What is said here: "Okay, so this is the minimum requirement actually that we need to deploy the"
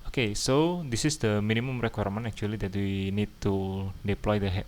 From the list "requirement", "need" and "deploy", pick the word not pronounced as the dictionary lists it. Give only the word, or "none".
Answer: requirement